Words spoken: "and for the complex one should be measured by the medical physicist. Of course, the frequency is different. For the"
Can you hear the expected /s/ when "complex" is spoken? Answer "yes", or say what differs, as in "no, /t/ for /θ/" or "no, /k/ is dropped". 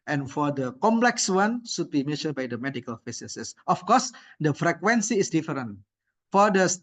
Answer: yes